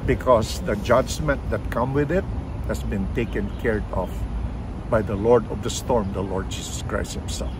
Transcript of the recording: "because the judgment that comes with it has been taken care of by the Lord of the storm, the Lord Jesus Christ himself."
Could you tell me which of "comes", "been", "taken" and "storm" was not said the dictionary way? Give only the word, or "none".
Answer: comes